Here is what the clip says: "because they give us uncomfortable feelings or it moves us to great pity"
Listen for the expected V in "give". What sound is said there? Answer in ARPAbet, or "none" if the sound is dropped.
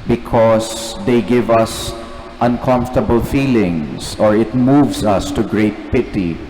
V